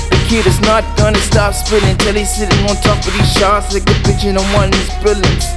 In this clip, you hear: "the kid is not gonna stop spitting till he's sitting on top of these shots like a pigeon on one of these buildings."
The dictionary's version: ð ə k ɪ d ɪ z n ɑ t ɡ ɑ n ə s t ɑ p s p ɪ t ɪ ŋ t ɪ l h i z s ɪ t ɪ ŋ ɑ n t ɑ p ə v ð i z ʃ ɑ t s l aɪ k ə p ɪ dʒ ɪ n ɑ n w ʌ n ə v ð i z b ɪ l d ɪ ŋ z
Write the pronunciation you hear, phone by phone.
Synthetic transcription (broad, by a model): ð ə k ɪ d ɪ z n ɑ t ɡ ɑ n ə s t ɑ p s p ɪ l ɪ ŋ t ɪ l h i s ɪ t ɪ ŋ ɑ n t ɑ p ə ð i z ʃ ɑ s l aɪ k ə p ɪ tʃ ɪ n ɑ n w ʌ n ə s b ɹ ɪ l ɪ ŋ